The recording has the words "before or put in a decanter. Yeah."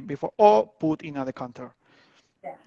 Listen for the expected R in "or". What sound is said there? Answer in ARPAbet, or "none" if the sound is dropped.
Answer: L